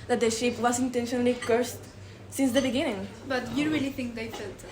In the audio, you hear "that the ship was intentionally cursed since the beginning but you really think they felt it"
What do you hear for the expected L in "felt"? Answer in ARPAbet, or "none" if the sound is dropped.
none